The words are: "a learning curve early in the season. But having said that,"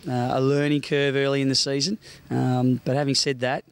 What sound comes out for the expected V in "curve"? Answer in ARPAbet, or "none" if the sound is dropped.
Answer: V